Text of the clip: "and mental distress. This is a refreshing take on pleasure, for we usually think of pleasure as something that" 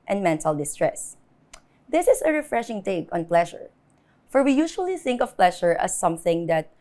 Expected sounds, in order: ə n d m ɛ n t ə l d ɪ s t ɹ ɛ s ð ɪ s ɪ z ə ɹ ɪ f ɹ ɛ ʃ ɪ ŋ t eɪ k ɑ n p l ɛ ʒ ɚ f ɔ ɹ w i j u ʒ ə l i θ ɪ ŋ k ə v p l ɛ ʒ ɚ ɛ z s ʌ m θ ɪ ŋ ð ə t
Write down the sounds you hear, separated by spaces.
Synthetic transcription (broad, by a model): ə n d m ɛ n t ə l d ɪ s t ɹ ɛ s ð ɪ s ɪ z ə ɹ ɪ f ɹ ɛ ʃ ɪ ŋ t eɪ k ɑ n p l ɛ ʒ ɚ f ɔ ɹ w i j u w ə l i θ ɪ ŋ k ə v p l ɛ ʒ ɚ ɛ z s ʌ m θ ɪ ŋ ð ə t